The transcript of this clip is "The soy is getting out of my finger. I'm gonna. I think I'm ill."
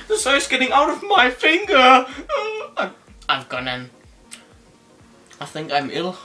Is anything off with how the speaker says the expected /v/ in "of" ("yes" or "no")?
no